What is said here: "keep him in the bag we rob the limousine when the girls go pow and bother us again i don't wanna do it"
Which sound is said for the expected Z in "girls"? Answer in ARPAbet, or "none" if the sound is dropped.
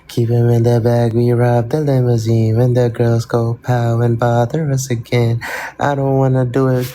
Z